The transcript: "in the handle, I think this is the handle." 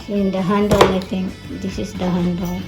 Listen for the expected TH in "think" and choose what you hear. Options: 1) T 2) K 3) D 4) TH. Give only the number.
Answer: 1